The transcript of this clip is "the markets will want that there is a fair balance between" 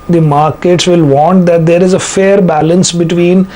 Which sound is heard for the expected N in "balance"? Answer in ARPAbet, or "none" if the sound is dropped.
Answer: N